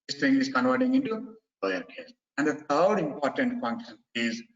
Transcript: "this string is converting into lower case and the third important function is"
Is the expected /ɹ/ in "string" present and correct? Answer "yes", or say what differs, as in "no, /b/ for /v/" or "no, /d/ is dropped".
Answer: no, /ɹ/ is dropped